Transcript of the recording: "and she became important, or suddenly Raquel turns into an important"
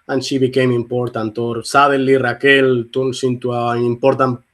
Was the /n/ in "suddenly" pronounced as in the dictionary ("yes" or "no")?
no